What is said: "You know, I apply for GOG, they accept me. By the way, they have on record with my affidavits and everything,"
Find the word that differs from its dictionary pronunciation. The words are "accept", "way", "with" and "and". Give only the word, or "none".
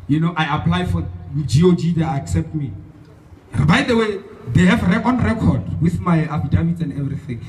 none